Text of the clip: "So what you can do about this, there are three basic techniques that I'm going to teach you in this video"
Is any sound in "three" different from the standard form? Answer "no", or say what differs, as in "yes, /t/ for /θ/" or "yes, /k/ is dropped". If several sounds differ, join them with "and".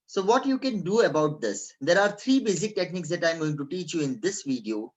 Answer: yes, /t/ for /θ/